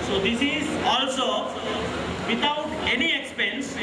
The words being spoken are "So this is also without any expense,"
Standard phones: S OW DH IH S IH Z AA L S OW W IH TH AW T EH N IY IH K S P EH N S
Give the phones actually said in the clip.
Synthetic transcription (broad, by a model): S OW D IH S IH Z AA L S OW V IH T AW T EH N IY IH K S P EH N S